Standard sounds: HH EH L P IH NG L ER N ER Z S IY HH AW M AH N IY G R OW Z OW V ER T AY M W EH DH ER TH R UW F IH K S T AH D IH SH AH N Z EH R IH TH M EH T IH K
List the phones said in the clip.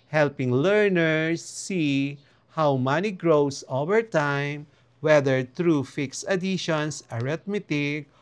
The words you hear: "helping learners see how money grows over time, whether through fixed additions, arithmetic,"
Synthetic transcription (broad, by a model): HH EH L P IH NG L ER N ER S IY HH AW M AH N IY G R OW S OW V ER T AY M W EH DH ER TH R UW F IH K S AH D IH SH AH N S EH R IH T M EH T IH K